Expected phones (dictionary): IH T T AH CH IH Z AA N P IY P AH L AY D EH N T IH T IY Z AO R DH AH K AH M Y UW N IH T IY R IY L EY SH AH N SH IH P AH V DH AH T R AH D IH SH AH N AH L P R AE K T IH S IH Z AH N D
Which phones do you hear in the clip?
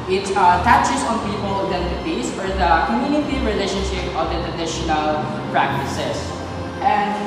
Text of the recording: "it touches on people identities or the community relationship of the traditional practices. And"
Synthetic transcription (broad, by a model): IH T T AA CH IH S AA N P IY P AH L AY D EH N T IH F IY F AO R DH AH K AH M Y UW N IH T IY R IY L EY SH AH N SH IH P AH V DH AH T R AH D IH SH AH N AH L P R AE K T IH S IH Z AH N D